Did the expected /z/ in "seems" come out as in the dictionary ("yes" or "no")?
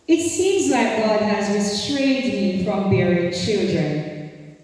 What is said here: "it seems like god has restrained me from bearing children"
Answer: yes